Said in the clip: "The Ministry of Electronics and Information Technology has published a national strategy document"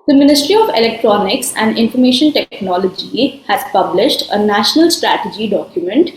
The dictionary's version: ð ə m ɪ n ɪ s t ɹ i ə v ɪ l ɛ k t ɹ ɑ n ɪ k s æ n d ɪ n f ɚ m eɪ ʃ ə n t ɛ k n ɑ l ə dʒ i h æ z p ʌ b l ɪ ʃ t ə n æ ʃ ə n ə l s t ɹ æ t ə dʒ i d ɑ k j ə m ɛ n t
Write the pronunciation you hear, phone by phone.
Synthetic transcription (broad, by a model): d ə m ɪ n ɪ s t ɹ i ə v ɪ l ɛ k t ɹ ɑ n ɪ k s æ n d ɪ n f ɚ m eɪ ʃ ə n t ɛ k n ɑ l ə dʒ i h æ z p ʌ b l ɪ ʃ t ə n æ ʃ ə n ə l s t ɹ æ t ə dʒ i d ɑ k j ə m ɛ n t